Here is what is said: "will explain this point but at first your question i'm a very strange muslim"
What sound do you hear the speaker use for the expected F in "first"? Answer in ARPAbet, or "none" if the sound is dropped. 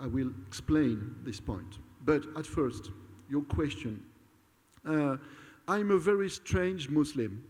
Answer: F